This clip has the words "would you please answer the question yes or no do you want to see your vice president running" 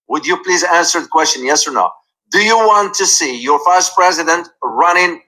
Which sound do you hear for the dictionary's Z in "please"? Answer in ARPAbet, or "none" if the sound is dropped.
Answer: Z